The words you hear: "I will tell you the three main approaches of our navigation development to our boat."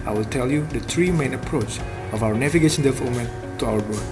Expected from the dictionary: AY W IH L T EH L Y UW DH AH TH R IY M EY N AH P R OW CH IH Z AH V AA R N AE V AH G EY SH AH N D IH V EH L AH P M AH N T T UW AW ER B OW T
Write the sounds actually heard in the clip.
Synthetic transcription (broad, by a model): AY W IH L T EH L Y UW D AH T R IY M EY N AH P R OW CH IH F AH W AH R N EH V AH G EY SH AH N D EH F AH M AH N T T UW AW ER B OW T